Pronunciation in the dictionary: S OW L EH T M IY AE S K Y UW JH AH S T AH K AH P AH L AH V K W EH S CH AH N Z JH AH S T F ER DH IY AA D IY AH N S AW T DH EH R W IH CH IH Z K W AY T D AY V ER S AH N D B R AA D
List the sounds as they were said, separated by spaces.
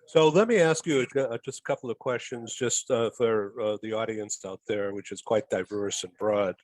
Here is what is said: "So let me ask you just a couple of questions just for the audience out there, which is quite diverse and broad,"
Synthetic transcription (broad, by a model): S OW L EH T M IY AE S K Y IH JH AH S T AH K AH P L AH V K W EH S CH AH N Z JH AH S T F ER DH IY AA D IY AH N S AW T DH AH R W IH CH IH Z K W AY T D AY V ER S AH N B R AA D